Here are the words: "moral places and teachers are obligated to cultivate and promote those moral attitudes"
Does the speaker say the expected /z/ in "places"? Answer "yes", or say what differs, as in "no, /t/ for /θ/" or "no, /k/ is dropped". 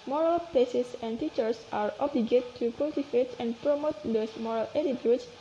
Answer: no, /s/ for /z/